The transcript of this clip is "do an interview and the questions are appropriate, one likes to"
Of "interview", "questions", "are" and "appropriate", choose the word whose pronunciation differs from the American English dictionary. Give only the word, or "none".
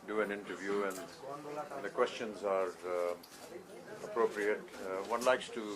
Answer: none